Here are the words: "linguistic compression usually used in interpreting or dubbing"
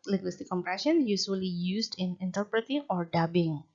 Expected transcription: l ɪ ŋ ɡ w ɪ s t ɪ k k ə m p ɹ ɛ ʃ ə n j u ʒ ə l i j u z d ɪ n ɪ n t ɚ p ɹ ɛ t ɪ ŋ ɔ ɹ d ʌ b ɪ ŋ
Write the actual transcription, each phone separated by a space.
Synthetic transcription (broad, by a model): l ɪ ŋ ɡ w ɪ s t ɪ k k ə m p ɹ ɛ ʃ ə n j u s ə l i j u s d ɪ n ɪ n t ɚ p ɹ ɛ t ɪ ŋ ɔ ɹ d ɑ b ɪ ŋ